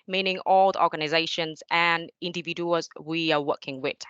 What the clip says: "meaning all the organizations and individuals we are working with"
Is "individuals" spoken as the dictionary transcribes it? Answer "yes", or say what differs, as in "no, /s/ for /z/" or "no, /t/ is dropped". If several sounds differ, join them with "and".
no, /l/ is dropped